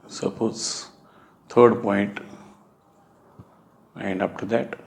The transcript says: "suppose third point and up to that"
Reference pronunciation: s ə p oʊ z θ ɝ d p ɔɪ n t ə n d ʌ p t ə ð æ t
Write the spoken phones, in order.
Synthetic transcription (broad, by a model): s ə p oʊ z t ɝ d p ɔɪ n t ə n d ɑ f t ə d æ t